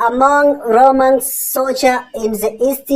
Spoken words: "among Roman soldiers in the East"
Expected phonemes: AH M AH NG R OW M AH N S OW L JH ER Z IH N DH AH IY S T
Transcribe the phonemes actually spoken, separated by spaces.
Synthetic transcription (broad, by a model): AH M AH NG R OW M AH N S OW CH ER IH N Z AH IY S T